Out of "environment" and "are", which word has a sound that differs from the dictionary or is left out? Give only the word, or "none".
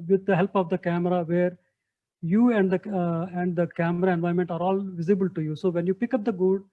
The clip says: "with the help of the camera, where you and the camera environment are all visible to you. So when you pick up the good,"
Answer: environment